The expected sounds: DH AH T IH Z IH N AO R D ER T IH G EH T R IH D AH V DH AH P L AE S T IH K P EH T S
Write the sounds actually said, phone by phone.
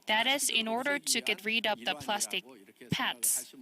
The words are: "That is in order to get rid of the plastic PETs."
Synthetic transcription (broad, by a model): DH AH T IH Z IH N AO R D ER T IH G EH T R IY D AH P DH AH P L AE S T IH K P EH T S